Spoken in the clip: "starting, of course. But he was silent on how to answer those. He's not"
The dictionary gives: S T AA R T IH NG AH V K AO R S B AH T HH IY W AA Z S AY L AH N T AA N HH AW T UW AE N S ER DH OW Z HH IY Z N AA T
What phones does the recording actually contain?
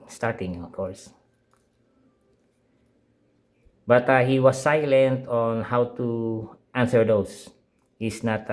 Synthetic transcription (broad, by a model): S T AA R T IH NG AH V K AO R S B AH T HH IY W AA S AY L AH N T AA N HH AW T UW AE N S ER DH OW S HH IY S N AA T